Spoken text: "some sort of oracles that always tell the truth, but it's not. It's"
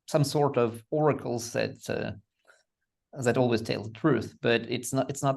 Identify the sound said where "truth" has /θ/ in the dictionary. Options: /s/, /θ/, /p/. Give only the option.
/θ/